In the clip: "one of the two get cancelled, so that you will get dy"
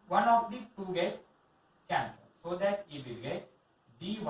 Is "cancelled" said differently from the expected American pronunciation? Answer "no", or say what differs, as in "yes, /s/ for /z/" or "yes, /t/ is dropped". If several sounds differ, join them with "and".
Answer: yes, /l/ is dropped